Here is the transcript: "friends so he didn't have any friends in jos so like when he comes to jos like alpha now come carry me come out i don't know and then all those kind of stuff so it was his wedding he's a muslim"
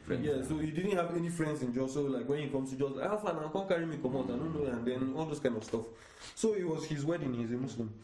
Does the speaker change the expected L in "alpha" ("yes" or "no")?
yes